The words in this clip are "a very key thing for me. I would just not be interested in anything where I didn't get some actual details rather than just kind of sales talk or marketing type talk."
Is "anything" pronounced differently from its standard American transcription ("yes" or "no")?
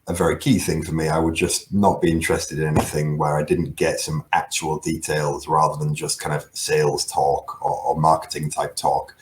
no